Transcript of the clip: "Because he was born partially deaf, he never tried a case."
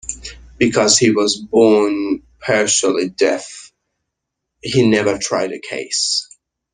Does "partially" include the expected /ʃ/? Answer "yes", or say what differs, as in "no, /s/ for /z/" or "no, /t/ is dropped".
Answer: no, /s/ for /ʃ/